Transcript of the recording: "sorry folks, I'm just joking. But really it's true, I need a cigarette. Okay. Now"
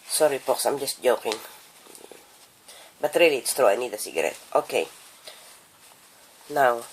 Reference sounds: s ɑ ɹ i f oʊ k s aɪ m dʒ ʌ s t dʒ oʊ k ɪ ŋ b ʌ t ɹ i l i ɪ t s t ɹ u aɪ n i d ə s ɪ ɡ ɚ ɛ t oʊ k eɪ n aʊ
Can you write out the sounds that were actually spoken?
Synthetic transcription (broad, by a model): s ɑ ɹ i p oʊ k s aɪ m dʒ ʌ s t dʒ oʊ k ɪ ŋ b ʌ t ɹ i l i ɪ t s t ɹ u aɪ n i d ə s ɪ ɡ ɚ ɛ t oʊ k eɪ n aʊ